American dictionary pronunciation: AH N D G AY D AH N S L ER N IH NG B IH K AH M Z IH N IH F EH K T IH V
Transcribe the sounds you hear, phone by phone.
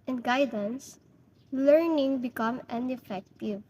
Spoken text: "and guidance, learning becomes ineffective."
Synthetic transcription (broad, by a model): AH N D G AY D AH N S L ER N IH NG B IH K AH M IH N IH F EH K T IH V